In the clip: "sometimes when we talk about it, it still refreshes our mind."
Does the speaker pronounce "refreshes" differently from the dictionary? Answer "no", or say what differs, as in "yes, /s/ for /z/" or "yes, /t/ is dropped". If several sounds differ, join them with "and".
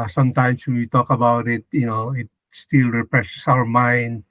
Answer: yes, /p/ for /f/ and /s/ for /z/